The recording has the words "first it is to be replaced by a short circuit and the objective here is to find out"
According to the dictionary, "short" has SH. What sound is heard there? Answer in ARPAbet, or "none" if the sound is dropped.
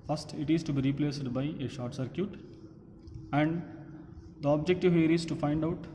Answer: SH